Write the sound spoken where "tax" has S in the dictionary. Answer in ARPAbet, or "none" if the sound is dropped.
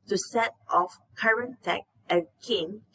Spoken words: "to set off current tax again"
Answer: none